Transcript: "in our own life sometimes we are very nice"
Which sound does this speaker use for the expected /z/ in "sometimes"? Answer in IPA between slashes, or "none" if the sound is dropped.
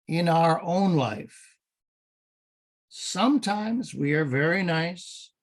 /z/